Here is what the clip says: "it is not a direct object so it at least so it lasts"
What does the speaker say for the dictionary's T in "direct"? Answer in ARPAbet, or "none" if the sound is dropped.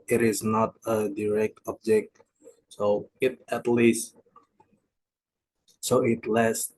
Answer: T